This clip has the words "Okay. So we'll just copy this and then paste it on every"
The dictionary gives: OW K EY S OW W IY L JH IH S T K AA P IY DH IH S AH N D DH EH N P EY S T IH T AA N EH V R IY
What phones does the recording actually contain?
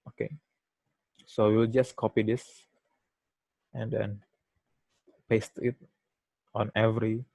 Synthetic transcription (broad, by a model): OW K EY S OW W IY L JH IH S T K AA P IY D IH S AH N D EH N P EY S T IH T AA N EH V R IY